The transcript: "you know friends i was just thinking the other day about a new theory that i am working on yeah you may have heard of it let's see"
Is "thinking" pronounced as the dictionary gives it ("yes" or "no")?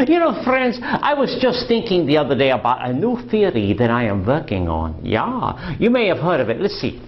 yes